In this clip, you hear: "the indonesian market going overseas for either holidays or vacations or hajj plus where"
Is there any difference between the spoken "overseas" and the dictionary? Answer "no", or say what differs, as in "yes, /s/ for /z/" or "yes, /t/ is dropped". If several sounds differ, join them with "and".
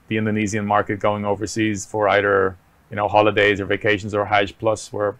no